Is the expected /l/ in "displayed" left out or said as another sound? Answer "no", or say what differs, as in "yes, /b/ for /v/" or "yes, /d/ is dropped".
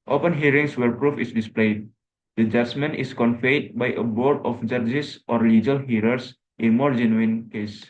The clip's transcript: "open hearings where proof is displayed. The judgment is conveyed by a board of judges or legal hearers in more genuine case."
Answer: no